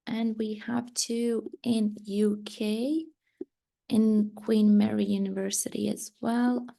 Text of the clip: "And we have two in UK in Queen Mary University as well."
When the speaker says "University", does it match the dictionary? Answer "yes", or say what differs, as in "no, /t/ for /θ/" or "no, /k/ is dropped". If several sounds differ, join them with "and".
yes